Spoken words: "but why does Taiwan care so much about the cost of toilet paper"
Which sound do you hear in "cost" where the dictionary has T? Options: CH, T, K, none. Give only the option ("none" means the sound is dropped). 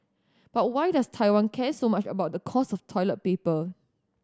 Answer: none